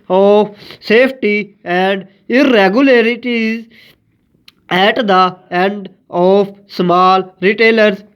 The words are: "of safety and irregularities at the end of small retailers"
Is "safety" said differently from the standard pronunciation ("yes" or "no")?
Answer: yes